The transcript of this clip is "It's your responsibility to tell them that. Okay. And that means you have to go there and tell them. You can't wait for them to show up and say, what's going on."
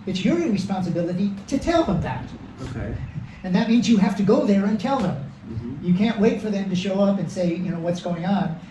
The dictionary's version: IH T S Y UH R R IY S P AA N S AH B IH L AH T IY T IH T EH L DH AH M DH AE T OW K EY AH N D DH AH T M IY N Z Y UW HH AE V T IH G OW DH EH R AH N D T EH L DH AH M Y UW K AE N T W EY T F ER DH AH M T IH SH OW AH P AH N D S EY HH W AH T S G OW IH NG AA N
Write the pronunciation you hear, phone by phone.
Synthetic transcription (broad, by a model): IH T S Y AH R R IY S P AA N S AH B IH L AH T IY T IH T EH L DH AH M DH AE T OW K EY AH N DH AH T M IY N Z Y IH HH AE F T IH G OW DH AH R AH N T EH L DH AH M Y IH K AE N T W EY T F ER DH AH M T IH SH OW AH P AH N S EY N W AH T S G OW IH NG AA N